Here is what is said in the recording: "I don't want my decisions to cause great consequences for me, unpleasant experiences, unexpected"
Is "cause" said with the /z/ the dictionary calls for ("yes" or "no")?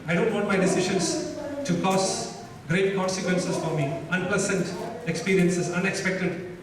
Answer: no